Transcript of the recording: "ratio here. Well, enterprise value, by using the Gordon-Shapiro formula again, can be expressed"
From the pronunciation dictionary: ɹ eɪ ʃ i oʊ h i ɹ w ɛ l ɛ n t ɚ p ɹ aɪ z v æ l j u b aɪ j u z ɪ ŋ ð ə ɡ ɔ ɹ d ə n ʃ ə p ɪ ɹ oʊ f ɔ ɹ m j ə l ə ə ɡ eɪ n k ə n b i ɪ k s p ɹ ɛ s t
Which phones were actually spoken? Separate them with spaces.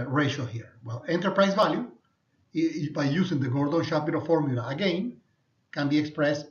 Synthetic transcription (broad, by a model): ɹ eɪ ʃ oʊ h i ɹ w ɛ l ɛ n t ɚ p ɹ aɪ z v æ l j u b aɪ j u s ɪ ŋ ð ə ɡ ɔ ɹ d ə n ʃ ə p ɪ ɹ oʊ f ɔ ɹ m j ə l ə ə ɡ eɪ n k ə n b i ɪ k s p ɹ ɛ s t